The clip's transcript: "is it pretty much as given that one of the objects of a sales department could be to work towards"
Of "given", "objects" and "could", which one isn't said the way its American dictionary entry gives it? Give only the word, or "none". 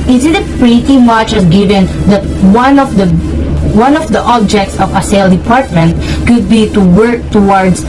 none